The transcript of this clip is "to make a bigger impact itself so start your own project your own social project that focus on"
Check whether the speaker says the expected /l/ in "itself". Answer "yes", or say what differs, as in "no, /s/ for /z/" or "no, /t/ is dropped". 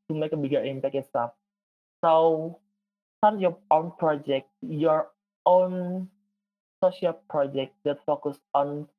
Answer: no, /l/ is dropped